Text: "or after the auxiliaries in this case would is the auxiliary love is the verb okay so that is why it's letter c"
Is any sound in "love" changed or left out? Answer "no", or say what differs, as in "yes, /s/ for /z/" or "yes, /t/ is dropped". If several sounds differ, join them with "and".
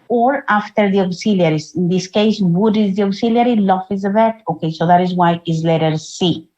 yes, /f/ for /v/